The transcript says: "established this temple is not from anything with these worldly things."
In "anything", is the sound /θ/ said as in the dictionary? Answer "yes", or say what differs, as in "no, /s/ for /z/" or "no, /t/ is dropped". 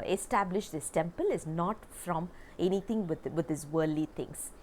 no, /t/ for /θ/